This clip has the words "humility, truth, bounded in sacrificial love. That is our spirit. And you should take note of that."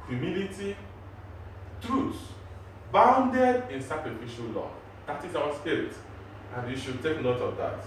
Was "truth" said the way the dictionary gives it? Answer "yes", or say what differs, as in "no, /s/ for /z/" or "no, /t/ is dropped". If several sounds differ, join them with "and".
no, /s/ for /θ/